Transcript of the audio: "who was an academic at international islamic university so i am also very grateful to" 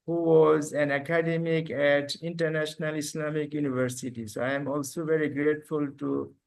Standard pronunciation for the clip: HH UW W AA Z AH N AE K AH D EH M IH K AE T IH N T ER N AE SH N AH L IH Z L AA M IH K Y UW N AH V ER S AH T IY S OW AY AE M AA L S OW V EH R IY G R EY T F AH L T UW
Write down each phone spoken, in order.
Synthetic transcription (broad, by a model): HH UW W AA Z AH N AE K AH D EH M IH K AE T IH N T ER N AE SH N AH L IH S L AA M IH K Y UW N AH V ER S AH T IY S OW AY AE M AA L S OW V EH R IY G R EY T F AH L T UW